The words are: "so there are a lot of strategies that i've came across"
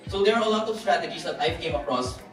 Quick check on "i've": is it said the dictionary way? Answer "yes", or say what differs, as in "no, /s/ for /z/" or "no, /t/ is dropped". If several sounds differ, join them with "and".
no, /f/ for /v/